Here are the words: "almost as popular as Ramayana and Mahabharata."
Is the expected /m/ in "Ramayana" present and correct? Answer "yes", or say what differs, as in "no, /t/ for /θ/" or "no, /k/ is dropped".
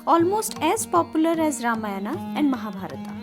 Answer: yes